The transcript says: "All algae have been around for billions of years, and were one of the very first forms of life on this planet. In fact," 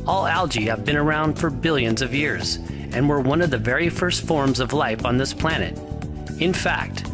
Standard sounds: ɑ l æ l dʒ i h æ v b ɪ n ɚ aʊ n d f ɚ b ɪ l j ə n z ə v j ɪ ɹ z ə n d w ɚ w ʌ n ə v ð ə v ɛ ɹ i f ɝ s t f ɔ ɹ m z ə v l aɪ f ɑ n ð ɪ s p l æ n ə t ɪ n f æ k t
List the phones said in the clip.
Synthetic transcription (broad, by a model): ɑ l æ l dʒ i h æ v b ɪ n ɚ aʊ n d f ɚ b ɪ l j ə n z ə v j ɪ ɹ z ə n w ɚ w ʌ n ə v ð ə v ɛ ɹ i f ɝ s t f ɔ ɹ m z ə v l aɪ f n ð ɪ s p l æ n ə t ɪ n f æ k t